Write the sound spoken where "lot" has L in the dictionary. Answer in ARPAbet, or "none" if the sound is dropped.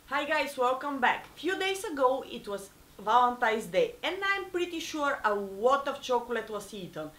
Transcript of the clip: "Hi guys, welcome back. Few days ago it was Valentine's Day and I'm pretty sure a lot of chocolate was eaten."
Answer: W